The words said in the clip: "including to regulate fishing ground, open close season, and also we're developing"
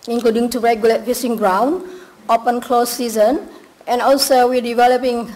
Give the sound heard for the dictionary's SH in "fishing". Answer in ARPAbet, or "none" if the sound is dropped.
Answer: S